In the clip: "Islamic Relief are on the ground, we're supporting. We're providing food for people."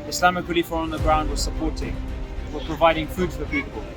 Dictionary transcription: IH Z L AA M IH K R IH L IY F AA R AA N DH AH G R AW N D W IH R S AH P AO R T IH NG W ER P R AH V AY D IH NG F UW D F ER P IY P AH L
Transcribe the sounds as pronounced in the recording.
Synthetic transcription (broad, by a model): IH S L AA M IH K W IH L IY F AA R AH N DH AH G R AW N D W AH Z S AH P AO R T IH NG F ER P R AH V AY D IH NG F UW D F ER P IY P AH L